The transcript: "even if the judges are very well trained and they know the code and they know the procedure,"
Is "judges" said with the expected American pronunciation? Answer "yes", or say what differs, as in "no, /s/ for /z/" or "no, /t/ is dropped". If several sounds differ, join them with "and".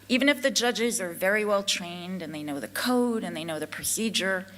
yes